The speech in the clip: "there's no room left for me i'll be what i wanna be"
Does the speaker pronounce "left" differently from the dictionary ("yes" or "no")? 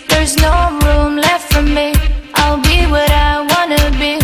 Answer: no